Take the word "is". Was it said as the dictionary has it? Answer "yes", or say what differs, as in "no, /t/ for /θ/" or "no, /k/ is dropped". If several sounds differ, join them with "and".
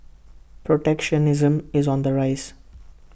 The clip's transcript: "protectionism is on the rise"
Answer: yes